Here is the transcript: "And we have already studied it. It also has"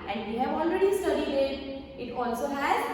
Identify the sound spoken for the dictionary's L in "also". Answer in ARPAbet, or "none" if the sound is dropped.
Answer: L